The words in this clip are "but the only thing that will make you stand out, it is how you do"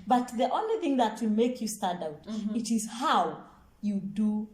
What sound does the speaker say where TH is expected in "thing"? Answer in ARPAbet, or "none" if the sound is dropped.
TH